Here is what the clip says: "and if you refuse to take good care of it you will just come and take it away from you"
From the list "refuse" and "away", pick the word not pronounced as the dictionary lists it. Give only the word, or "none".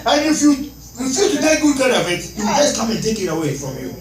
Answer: refuse